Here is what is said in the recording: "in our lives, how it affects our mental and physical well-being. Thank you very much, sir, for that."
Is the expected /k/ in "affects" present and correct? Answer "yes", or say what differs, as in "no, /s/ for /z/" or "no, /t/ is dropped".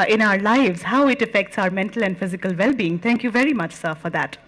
yes